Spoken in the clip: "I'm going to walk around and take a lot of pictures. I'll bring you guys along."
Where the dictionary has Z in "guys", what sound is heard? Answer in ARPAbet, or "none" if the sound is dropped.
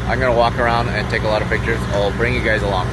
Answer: Z